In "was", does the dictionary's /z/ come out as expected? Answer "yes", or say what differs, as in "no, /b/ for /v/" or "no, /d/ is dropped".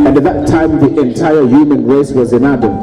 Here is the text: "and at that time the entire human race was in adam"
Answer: yes